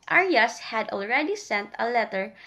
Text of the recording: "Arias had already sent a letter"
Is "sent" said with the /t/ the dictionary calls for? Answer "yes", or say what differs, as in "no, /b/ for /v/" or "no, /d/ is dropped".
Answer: yes